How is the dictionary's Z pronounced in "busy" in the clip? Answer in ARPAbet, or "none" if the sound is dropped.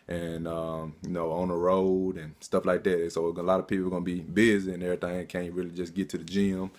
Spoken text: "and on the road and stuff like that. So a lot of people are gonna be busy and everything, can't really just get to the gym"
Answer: Z